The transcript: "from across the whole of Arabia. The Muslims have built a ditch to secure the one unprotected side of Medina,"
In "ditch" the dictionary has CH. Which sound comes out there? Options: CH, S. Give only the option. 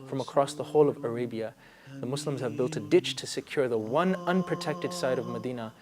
CH